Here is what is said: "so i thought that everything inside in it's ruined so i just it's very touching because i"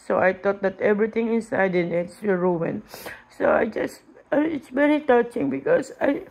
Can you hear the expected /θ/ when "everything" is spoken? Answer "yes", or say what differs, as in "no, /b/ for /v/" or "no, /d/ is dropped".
no, /t/ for /θ/